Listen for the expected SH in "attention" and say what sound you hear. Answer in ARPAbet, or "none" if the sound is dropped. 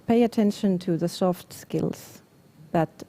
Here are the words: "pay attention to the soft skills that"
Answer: SH